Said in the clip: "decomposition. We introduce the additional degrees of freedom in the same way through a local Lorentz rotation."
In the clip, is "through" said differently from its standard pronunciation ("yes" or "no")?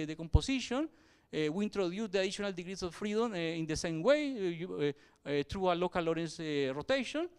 yes